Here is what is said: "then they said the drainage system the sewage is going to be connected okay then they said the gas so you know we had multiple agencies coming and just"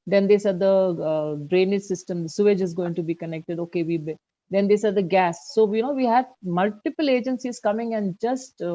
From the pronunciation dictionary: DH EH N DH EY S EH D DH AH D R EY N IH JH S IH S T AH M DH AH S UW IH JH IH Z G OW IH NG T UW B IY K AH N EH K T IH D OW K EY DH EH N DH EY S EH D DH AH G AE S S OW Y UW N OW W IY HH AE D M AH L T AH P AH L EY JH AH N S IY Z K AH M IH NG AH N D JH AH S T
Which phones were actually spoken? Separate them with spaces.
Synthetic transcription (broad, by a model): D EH N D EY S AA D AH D R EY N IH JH S IH S T AH M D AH S UW IH JH IH Z G OW IH NG T UW B IY K AH N EH K T IH D OW K EY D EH N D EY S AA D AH G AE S S OW Y UW N OW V IY HH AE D M AH L T AH P AH L EY JH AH N S IY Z K AH M IH NG AH N D JH AH S T